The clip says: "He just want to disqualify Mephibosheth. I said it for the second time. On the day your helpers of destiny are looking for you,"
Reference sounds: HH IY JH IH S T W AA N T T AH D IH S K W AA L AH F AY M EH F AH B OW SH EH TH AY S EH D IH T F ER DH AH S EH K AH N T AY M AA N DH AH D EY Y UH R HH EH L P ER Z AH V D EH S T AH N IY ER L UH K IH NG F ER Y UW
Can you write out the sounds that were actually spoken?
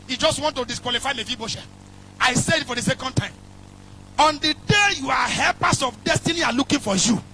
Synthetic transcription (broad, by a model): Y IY JH IH S T W AA N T T AH D IH S K W AA L AH F AY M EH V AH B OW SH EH AY S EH IH T F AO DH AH S EH K AH N T AY M AA N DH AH D EY Y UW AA HH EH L P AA S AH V D EH S T AH N IY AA L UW K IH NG F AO Y UW